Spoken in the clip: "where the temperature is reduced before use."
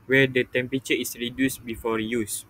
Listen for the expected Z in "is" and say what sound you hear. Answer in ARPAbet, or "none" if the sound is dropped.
S